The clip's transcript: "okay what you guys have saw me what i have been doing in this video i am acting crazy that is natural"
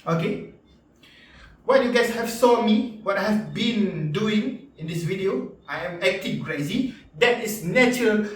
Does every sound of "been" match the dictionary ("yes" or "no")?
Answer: yes